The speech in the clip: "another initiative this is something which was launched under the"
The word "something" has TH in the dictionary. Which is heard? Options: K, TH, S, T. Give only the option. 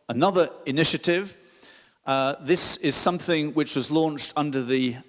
TH